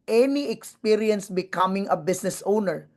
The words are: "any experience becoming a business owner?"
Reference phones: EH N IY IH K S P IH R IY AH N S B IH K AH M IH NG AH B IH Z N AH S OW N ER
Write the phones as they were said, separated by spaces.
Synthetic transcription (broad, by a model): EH N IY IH K S P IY R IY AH N S B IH K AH M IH NG AH B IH S N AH S OW N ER